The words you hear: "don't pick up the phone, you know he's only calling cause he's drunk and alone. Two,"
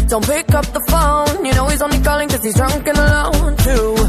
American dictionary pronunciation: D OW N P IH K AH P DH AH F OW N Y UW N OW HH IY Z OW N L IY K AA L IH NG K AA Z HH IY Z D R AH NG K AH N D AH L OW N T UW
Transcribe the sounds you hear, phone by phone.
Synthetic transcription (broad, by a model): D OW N P IH K AH P DH AH F OW N Y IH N OW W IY Z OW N IY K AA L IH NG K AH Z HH IY Z D R AH NG K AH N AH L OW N T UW